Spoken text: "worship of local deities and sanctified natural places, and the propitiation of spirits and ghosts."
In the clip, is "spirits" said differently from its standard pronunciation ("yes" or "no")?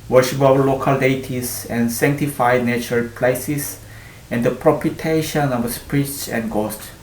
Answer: yes